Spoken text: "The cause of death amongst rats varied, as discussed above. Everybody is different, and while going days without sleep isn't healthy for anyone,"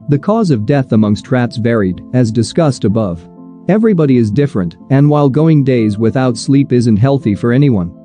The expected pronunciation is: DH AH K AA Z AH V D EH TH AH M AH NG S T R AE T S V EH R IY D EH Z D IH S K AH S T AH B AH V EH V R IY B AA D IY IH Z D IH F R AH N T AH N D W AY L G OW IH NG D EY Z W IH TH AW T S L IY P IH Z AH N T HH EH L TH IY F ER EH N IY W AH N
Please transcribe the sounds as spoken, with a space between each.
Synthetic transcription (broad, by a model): DH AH K AA Z AH V D EH TH AH M AH NG S T R AE T S V EH R IY D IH Z D IH S K AH S T AH B AH V EH V R IY B AA D IY IH Z D IH F R AH N T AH N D W AY L G OW IH NG D EY Z W IH TH AW T S L IY P IH Z AH N T HH EH L TH IY F ER EH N IY W AH N